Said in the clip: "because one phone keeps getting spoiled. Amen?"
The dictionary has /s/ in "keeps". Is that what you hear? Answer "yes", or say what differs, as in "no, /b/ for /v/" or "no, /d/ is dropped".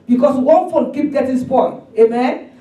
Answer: no, /s/ is dropped